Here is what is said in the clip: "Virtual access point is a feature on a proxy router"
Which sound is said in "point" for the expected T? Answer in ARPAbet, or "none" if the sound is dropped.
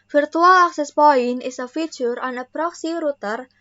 none